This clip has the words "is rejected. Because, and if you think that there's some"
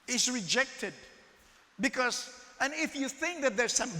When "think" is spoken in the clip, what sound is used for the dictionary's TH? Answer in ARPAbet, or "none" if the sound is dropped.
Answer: TH